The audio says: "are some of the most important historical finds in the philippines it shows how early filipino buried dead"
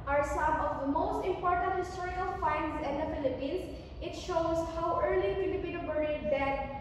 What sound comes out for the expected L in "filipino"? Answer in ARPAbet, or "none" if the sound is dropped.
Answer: none